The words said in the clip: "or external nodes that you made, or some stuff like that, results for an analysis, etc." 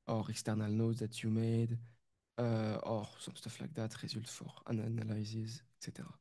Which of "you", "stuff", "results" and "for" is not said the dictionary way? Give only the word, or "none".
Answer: results